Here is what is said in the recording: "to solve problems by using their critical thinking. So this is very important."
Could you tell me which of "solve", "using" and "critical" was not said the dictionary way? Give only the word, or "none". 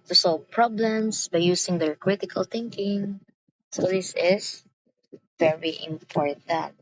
using